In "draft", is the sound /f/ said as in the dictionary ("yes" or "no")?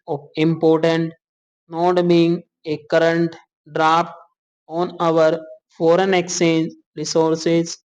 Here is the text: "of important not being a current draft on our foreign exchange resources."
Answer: no